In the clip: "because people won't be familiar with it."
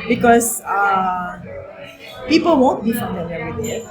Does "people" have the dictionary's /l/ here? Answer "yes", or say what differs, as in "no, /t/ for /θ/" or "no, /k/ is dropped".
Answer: yes